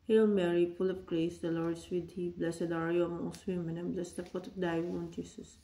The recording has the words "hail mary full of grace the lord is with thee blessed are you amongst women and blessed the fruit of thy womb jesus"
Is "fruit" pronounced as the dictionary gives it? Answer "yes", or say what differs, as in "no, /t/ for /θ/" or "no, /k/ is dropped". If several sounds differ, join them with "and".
no, /ɹ/ is dropped